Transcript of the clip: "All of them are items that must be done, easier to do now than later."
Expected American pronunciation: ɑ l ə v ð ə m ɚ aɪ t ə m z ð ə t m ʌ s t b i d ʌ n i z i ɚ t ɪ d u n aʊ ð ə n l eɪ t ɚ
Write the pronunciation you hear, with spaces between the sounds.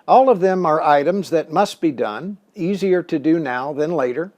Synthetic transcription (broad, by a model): ɑ l ə v ð ə m ɚ aɪ t ə m z ð ə t m ʌ s t b i d ʌ n i z i ɚ t ɪ d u n aʊ ð ə n l eɪ t ɚ